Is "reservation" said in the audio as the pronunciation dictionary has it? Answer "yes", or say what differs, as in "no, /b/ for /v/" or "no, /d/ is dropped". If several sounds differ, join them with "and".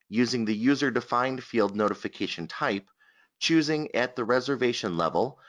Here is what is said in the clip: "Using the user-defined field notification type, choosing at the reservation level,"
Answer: yes